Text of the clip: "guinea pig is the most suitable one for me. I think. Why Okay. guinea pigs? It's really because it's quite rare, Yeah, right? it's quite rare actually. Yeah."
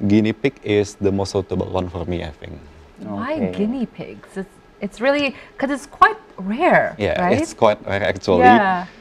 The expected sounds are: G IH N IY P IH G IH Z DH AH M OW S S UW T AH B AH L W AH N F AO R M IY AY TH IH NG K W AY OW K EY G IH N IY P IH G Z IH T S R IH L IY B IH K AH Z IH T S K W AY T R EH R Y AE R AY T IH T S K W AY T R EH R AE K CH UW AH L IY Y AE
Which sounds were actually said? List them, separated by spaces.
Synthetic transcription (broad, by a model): G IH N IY P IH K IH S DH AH M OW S S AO T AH B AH L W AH N F AO R M IY AY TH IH NG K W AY G IH N IY P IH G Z IH T S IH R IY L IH K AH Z IH T S K W AY T R EH R Y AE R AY IH T S K W AY T R EH R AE K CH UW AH L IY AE